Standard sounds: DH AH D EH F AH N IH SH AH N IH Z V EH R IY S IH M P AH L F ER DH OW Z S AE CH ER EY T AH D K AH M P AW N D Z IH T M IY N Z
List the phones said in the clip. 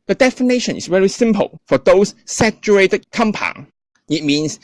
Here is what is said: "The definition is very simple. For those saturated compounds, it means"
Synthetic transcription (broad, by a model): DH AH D EH F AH N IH SH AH N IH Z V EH R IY S IH M P AH L F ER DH OW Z S AE CH ER EY T AH D K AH M P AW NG IH T M IY N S